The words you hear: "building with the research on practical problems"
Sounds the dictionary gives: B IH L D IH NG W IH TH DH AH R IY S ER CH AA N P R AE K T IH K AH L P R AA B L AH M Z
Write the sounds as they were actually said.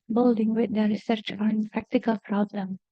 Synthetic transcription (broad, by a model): B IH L D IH NG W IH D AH R IY S ER CH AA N P R AE K T IH K AH L P R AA B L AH M